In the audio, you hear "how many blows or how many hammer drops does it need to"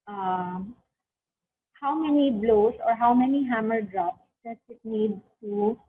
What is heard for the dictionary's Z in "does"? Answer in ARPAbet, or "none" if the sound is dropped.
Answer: S